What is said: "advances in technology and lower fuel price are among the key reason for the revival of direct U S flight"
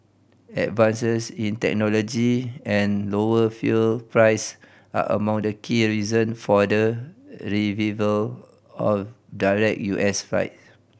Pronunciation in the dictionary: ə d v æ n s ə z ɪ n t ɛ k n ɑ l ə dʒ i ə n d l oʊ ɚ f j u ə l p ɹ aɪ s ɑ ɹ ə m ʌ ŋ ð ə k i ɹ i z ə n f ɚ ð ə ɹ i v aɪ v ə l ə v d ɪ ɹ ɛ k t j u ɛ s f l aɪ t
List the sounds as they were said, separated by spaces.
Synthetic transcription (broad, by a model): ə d v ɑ n s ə s ɪ n t ɛ k n ɑ l ə dʒ i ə n l oʊ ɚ f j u l p ɹ aɪ s ɑ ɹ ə m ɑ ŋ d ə k i ɹ i z ə n f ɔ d ə ɹ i v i v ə l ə f d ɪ ɹ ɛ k j u ɛ s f aɪ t